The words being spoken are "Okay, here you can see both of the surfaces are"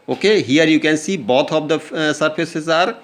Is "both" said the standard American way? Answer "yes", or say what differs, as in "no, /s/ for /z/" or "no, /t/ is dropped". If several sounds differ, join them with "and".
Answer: no, /t/ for /θ/